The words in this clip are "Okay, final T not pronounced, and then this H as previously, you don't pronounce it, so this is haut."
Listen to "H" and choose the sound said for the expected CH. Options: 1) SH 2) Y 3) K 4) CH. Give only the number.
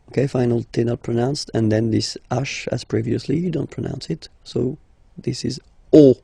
1